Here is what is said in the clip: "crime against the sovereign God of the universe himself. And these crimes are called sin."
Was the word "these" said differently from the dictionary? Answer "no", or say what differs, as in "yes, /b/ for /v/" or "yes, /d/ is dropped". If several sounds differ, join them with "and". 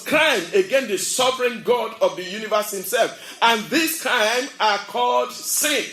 yes, /s/ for /z/